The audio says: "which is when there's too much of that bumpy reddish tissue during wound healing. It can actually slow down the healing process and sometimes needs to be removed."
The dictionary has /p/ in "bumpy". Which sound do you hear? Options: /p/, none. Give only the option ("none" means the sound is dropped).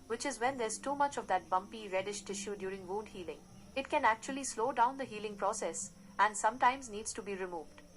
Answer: /p/